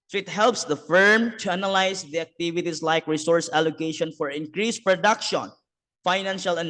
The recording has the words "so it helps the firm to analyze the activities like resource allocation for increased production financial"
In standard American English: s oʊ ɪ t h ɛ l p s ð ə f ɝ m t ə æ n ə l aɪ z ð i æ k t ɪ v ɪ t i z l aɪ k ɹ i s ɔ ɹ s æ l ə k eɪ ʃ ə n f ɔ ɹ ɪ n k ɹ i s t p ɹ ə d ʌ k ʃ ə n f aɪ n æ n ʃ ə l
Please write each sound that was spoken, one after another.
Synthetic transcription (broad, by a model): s ɪ t h ɛ l p s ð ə f ɝ m t ə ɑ n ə l aɪ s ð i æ k t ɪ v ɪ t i s l aɪ k ɹ i s ɔ ɹ s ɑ l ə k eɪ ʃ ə n f ɔ ɹ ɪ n k ɹ i s p ɹ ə d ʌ k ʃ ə n f aɪ n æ n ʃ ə l